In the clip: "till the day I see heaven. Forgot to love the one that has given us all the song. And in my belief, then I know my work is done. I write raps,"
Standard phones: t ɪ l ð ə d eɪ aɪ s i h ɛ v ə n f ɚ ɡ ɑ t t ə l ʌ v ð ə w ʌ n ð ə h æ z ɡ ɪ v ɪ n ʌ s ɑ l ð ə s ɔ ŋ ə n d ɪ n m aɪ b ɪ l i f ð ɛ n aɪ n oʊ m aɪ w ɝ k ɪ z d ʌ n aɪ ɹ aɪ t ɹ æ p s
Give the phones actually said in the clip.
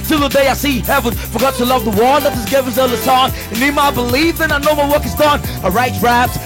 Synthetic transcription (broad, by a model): t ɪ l ð ə d eɪ aɪ s i h ɛ v ə n f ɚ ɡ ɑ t t ə l ʌ v ð ə w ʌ l ð ə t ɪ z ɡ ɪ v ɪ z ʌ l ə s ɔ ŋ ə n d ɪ m aɪ b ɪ l i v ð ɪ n aɪ n oʊ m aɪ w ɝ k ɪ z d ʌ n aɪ ɹ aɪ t ɹ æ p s